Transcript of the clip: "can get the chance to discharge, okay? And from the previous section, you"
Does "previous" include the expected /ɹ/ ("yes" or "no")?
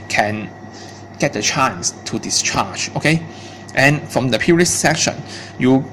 no